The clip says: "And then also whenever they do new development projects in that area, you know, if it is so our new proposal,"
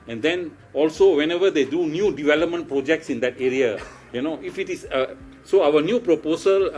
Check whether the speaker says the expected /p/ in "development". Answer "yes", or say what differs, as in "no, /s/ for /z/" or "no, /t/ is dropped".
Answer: yes